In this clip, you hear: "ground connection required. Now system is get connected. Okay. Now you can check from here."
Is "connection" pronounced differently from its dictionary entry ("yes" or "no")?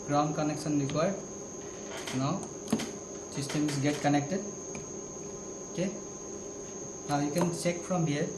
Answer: yes